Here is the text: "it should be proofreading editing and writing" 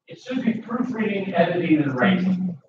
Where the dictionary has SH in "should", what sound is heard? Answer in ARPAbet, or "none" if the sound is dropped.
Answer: S